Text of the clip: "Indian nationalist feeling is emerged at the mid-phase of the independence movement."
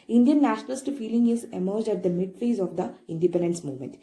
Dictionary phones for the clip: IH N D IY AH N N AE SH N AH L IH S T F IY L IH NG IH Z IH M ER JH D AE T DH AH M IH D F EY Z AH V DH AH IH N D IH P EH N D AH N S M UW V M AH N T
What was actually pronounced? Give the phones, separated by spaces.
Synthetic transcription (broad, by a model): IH N D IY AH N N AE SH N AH L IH S T F IY L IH NG IH Z IH M ER JH D AE T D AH M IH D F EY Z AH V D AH IH N D IH P EH N D AH N S M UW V M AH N T